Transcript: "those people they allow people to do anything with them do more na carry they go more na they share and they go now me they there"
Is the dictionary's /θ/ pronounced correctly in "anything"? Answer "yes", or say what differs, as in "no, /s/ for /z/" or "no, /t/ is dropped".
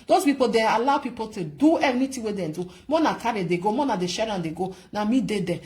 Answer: no, /t/ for /θ/